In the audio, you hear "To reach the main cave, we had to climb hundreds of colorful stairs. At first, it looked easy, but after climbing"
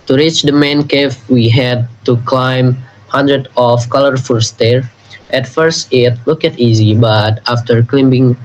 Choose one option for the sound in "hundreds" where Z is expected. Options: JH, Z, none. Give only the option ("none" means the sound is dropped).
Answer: none